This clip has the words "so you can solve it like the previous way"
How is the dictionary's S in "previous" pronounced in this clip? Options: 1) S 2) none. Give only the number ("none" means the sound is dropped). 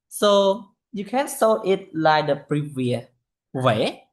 2